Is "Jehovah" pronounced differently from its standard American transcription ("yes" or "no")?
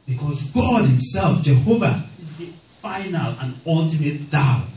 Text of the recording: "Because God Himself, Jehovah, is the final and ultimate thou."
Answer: no